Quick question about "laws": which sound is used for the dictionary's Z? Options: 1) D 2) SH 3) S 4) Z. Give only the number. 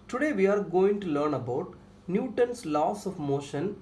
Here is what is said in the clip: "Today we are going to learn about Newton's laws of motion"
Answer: 3